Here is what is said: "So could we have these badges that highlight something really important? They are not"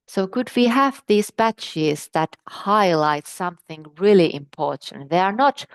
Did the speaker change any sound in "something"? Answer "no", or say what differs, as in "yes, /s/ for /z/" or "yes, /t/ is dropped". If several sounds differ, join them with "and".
no